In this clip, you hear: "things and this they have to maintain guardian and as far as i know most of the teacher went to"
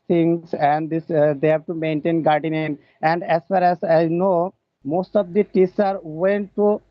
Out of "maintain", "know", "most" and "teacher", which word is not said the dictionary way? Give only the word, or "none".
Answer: teacher